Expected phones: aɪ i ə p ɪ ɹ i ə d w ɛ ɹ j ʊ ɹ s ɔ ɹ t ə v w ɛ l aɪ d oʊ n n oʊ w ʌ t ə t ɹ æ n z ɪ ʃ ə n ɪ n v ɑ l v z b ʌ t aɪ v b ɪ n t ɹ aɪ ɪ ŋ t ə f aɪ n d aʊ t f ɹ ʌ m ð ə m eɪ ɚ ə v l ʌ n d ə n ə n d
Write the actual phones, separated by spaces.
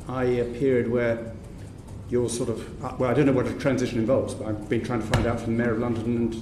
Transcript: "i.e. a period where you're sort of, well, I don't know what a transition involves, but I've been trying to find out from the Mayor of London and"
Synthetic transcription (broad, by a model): aɪ ə p ɪ ɹ i ə d w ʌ ɹ j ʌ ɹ s ɔ ɹ t ə v w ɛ l aɪ d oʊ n n oʊ w ʌ t ə t ɹ æ n z ɪ ʃ ə n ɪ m v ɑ l v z b ʌ t aɪ v b ɪ n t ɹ aɪ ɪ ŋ t ə f aɪ n d aʊ t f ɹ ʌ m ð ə m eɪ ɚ ə v l ʌ n d ə n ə n